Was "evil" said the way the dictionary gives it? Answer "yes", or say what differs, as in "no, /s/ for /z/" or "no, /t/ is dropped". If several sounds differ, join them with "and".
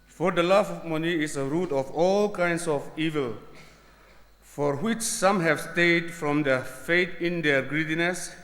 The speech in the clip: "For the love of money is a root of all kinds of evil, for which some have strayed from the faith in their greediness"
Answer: yes